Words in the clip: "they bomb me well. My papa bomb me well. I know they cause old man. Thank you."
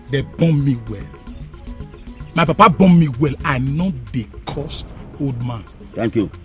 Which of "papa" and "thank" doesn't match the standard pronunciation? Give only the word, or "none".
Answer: thank